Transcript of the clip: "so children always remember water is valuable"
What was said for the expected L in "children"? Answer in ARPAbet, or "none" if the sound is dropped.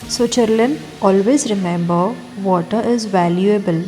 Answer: none